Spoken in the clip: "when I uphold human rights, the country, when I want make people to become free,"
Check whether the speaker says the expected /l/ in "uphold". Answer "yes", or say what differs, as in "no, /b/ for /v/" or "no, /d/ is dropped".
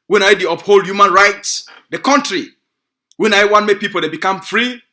yes